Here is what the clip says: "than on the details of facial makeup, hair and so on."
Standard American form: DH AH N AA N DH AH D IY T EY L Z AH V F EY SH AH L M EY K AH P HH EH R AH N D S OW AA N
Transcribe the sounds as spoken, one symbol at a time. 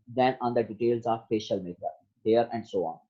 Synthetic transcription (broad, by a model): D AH N AA N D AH D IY T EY L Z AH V P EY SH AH L M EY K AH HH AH R AH N D S OW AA N